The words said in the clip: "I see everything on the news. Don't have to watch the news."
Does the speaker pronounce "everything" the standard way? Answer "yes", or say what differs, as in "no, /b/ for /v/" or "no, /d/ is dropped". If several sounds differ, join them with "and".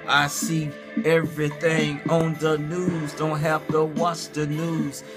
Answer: yes